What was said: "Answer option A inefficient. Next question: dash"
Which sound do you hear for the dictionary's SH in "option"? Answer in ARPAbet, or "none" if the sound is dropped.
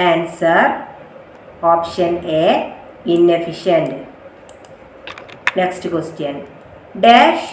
SH